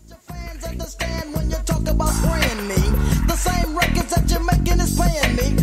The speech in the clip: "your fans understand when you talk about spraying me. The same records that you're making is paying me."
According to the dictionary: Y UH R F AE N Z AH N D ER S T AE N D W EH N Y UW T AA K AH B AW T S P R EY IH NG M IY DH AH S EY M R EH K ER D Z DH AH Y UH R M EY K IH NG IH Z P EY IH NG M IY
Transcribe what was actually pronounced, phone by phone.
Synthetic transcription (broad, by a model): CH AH R F AE N Z AH N D ER S T AE N D W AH N Y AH T AA K AH B AW T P L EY IH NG M IY DH AH S EY M R EH K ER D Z DH AH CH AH R M EY K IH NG IH Z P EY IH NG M IY